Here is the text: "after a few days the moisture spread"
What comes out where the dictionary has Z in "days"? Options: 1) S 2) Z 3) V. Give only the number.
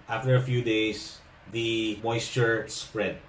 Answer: 1